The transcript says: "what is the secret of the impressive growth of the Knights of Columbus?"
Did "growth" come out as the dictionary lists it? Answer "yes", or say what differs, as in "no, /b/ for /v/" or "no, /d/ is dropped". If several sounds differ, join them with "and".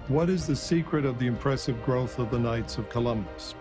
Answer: yes